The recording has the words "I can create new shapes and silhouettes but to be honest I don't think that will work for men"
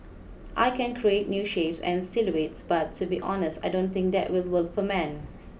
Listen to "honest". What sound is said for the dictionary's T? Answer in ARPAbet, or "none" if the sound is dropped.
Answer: T